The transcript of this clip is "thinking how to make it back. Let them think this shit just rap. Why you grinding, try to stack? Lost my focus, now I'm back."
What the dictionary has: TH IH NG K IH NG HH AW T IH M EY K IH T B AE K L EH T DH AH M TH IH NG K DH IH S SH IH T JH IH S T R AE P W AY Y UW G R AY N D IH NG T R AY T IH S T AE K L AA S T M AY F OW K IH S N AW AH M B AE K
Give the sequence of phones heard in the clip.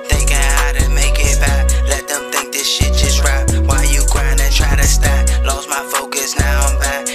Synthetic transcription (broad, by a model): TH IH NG K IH HH AW T IH M EY K IH T B AE K L EH T DH AH M TH IH NG K DH IH S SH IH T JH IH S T R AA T W AY Y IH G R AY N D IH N T R AY T IH S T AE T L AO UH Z M AY F OW K IH S N AW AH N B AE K